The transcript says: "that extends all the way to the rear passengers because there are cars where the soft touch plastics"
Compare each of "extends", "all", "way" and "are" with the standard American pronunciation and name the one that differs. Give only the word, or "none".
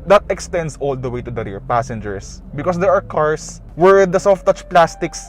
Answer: extends